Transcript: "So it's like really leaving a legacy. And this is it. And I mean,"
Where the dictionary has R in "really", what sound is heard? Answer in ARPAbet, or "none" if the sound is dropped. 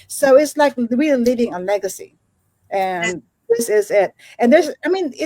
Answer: W